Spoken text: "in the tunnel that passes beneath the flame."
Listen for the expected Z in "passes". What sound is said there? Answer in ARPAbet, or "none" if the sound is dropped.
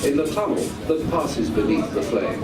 Z